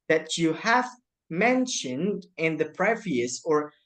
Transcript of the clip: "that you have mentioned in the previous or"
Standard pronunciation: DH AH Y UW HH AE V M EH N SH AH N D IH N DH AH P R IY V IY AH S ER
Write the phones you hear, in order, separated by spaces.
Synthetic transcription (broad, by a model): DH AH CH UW HH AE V M EH N SH AH N D IH N DH AH P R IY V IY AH S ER